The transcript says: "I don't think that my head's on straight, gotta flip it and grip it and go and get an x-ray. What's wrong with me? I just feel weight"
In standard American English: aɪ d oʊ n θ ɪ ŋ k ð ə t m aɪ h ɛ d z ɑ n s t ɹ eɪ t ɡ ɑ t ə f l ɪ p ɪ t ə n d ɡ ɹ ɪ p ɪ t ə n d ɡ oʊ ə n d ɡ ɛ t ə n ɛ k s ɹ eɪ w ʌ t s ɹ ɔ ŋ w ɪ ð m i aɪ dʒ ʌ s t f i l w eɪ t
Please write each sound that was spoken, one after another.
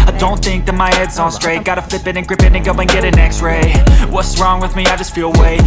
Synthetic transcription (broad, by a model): aɪ d oʊ n θ ɪ ŋ k ð ə t m aɪ h ɛ d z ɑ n s t ɹ eɪ t ɡ ɑ t ə f l ɪ p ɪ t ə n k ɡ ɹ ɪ p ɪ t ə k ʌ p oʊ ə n ɡ ɛ t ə n ɛ k s ɹ eɪ w ʌ t s ɹ ɔ ŋ w ɪ ð m i aɪ dʒ ʌ s t f i l w eɪ